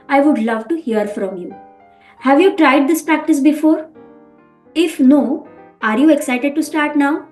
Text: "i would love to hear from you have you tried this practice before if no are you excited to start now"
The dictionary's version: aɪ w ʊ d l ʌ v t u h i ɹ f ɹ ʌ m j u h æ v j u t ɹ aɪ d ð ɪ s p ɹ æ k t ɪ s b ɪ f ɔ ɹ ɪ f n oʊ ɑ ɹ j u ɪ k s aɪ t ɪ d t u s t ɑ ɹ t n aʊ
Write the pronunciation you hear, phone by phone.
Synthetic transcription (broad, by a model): aɪ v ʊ d l ʌ v t u h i ɹ f ɹ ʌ m j u h æ v j u t ɹ aɪ d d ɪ s p ɹ æ k t ɪ s b ɪ f ɔ ɹ ɪ f n oʊ ɑ ɹ j u ɪ k s aɪ t ɪ d t u s t ɑ ɹ t n aʊ